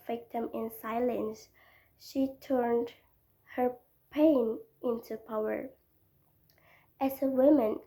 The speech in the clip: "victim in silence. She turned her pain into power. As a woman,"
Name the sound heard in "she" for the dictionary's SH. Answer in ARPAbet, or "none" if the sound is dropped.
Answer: SH